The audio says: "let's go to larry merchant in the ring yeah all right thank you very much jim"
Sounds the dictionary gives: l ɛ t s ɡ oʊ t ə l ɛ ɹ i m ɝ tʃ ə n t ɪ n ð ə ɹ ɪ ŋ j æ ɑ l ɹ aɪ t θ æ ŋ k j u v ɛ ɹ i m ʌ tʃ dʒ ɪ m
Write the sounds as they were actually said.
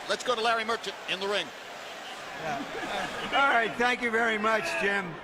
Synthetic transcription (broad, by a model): l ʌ t s ɡ oʊ t ə l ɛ ɹ i m ɝ tʃ ə n t ɪ n ð ə ɹ ɪ ŋ j æ ɑ l ɹ aɪ t θ æ ŋ k j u v ɛ ɹ i m ʌ tʃ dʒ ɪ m